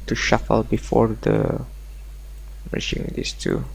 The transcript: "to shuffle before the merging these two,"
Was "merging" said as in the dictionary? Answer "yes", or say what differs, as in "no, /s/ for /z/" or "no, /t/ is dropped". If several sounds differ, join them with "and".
no, /ʃ/ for /dʒ/